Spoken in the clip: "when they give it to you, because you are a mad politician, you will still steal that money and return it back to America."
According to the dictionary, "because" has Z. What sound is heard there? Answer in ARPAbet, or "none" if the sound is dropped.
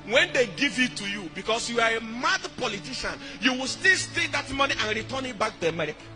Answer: S